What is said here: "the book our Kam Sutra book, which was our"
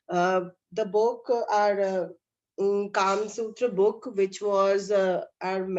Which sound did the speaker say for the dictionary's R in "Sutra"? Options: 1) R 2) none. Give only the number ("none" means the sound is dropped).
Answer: 1